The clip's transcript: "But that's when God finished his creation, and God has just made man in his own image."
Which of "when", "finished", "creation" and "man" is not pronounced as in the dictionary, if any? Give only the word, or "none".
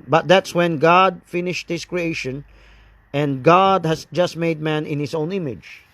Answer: none